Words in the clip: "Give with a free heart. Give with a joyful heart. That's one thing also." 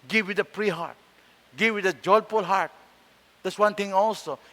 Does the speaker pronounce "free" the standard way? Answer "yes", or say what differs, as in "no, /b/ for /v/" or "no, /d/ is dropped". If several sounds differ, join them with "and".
no, /p/ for /f/